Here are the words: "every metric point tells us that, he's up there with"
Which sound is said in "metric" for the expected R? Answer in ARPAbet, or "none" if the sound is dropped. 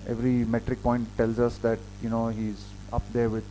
R